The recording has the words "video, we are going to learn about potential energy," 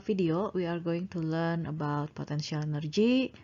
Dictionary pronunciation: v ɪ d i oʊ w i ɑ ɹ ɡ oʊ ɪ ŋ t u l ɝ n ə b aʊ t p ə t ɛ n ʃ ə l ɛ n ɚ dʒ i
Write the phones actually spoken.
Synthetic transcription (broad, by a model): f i d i oʊ w i ɑ ɹ ɡ oʊ ɪ ŋ t u l ɝ n ə b aʊ t p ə t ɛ n s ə l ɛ n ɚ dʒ i